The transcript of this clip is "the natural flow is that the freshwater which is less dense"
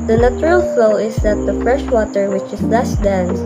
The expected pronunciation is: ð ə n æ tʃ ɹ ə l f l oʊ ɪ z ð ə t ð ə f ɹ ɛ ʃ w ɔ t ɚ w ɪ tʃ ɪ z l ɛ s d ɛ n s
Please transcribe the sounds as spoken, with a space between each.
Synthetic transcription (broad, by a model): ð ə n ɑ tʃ ɹ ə l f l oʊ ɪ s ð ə t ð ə f ɹ ɛ ʃ w ɔ t ɚ w ɪ tʃ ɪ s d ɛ s d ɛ n s